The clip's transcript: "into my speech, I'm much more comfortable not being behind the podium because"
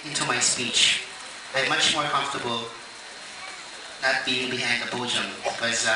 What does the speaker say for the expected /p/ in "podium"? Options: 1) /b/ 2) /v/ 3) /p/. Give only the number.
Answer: 1